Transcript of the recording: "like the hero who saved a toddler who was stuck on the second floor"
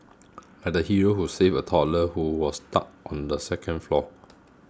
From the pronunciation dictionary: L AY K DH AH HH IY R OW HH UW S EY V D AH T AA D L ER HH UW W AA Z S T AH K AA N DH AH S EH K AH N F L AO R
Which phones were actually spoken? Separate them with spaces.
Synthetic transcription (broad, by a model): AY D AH HH IY R OW HH UW S EY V AH T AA L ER HH UW W AA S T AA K AA N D AH S EH K AH N F L AO